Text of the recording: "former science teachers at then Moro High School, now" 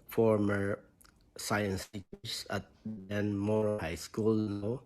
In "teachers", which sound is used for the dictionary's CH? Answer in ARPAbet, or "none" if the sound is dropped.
S